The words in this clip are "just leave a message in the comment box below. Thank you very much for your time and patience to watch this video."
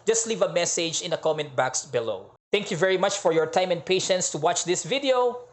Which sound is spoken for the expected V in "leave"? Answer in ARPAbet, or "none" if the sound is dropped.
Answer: V